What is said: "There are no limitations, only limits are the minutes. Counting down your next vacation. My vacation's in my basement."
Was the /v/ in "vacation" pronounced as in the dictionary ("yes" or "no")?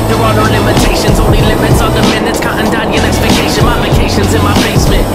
no